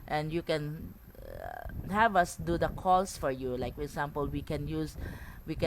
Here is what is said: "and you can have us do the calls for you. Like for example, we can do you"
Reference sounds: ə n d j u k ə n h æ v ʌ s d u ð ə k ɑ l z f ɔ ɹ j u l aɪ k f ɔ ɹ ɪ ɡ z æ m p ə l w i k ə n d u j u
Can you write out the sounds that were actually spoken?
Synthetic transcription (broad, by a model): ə n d j u k ə n h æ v ʌ s d u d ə k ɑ l s f ɔ ɹ j u l aɪ k f ɔ ɹ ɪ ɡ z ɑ m p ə l w i k ə n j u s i